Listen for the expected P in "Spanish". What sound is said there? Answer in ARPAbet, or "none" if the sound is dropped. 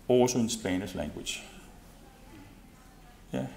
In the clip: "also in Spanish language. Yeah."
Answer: B